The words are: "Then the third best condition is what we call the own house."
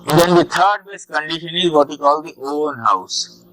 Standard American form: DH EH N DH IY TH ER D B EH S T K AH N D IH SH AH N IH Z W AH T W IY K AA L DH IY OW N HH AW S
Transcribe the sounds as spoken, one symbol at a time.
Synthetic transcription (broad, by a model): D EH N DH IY T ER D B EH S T K AH N D IH SH AH N IH Z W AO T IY K AA L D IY OW N HH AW S